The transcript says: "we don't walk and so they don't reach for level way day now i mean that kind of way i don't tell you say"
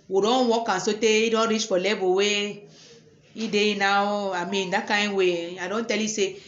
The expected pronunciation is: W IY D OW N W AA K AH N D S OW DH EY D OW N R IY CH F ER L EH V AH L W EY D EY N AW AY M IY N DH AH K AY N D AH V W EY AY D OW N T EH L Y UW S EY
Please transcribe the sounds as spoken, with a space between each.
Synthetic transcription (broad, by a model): W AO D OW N W AA K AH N S OW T EY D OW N R IY CH F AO L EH B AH W EY D EY N AW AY M IY N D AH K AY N W EY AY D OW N T EH L Y UW S EY